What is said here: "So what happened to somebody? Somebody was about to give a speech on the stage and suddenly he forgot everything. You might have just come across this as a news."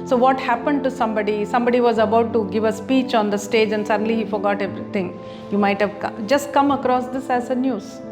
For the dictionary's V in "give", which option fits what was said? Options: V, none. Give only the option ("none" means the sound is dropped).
V